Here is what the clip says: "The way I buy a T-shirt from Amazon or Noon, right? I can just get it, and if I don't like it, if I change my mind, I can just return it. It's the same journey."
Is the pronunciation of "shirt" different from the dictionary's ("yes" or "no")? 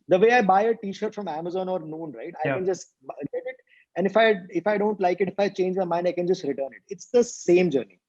no